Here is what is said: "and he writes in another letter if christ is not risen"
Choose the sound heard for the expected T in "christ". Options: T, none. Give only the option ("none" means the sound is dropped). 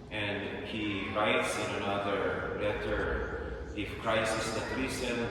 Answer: none